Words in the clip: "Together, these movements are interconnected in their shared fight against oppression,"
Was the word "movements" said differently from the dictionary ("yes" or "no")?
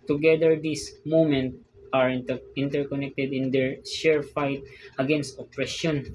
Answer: yes